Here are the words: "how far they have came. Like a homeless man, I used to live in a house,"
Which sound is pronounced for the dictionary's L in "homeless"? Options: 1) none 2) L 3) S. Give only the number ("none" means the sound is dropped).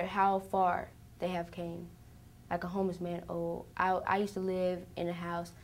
1